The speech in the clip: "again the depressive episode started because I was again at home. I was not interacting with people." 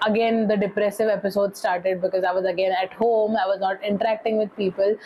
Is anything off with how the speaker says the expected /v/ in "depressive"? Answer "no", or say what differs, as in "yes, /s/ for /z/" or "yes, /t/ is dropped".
no